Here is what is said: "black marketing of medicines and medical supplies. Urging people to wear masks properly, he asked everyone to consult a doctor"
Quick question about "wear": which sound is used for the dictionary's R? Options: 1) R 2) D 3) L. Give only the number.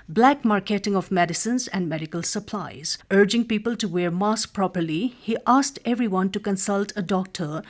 1